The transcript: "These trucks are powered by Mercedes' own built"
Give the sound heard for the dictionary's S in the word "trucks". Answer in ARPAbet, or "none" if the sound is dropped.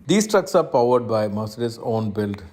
S